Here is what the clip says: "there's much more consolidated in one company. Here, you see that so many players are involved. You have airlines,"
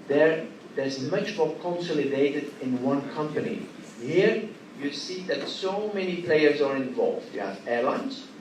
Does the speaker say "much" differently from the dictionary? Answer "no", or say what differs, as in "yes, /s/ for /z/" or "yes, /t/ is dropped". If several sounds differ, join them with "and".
no